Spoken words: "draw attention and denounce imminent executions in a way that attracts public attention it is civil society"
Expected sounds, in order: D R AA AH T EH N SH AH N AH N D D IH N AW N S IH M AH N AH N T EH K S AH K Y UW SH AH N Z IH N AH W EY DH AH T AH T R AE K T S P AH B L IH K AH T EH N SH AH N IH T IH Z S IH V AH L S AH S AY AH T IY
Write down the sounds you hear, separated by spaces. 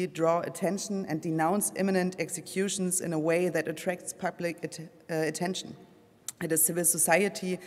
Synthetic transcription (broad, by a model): D R AA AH T EH N SH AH N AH N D D IH N AW N S IH M AH N AH N T EH K S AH K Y UW SH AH N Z IH N AH W EY DH AH T AH T R AE K T S P AH B L IH K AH T EH N SH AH N IH T IH Z S IH V AH L S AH S AY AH T IY